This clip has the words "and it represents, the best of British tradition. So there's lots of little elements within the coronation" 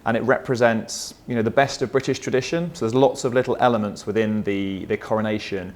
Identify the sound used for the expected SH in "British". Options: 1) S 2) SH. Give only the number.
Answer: 2